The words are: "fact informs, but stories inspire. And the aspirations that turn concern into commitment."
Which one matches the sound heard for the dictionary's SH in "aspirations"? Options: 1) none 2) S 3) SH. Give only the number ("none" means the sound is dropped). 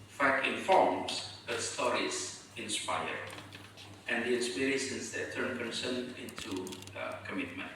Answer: 2